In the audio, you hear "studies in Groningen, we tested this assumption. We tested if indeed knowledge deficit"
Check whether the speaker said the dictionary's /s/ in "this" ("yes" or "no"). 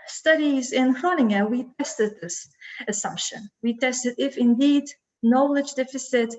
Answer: yes